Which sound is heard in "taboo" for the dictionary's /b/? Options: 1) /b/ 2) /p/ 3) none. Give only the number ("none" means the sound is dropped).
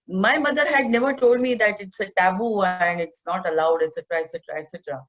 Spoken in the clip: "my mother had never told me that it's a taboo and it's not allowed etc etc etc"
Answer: 1